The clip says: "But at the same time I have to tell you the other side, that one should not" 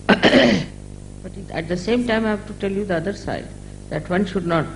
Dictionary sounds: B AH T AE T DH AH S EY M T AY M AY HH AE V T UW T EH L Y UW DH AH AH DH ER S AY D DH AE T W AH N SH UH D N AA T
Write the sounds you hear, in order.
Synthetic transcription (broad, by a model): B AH T AE T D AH S EY M T AY M AY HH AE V T UW T EH L Y UW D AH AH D ER S AY D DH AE T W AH N SH UH D N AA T